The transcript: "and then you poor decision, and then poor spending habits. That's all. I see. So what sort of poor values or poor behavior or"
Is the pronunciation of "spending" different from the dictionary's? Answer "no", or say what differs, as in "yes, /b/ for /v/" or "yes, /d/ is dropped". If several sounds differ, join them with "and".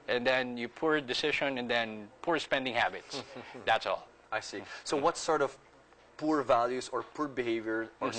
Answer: no